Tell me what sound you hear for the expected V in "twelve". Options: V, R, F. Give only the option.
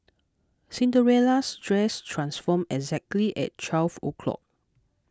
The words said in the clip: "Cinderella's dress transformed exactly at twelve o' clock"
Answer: F